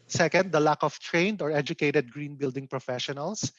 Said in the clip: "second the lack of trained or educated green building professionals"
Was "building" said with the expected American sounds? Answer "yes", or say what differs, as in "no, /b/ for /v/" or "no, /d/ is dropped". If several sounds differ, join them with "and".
yes